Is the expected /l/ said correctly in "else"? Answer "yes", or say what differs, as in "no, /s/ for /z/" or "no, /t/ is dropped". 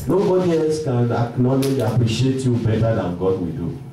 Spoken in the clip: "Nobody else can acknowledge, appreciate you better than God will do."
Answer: no, /l/ is dropped